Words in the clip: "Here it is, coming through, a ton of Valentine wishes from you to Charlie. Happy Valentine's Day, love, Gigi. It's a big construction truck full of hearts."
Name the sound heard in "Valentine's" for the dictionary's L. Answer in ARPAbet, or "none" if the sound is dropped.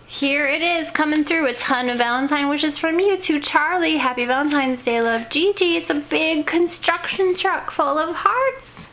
L